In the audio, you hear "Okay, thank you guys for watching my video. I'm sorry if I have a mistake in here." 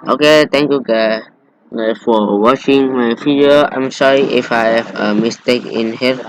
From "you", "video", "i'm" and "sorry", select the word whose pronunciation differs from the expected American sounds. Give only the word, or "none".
video